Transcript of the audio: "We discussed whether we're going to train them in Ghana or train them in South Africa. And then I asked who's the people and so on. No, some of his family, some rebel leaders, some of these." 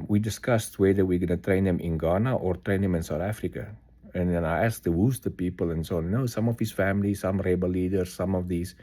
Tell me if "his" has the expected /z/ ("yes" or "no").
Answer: no